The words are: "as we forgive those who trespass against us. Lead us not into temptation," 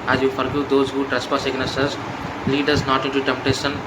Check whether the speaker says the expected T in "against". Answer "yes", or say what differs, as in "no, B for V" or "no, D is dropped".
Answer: no, T is dropped